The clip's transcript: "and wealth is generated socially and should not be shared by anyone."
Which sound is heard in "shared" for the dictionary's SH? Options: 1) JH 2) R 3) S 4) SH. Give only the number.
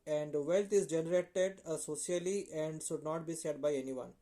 3